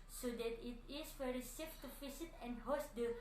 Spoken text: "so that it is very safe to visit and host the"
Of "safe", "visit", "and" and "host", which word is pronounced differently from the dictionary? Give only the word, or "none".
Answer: visit